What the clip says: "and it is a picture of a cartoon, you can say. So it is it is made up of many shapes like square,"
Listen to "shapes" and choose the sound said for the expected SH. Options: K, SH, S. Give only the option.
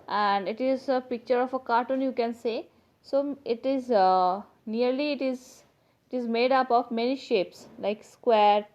SH